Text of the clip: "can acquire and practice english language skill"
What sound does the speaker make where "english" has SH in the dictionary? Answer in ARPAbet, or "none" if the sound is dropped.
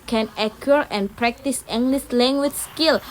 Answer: S